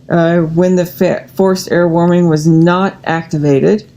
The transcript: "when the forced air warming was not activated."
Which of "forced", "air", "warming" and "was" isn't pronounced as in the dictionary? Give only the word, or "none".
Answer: none